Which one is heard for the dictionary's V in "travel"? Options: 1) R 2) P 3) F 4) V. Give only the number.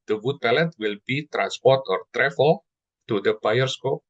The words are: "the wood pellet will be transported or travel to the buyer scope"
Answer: 3